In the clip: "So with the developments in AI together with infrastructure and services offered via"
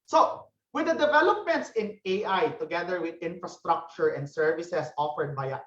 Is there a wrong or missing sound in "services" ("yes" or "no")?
yes